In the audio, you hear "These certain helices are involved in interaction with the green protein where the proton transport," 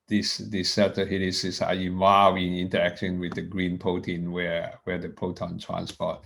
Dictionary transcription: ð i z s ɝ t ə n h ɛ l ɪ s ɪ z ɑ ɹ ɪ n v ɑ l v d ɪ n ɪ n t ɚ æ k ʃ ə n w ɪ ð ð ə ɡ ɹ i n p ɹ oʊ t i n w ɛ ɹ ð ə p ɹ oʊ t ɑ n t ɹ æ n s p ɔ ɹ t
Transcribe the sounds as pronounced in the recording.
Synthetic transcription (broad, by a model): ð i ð s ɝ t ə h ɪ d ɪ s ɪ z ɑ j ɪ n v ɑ v ɪ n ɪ n t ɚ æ k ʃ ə n w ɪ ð ð ə ɡ ɹ i n p oʊ t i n w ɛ w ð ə p oʊ t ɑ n t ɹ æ n s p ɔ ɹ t